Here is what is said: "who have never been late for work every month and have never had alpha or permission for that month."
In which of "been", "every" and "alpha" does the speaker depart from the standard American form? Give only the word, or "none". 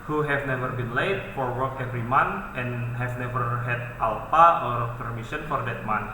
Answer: alpha